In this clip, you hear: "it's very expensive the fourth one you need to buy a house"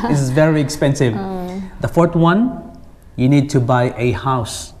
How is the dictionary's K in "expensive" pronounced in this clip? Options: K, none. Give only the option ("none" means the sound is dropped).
K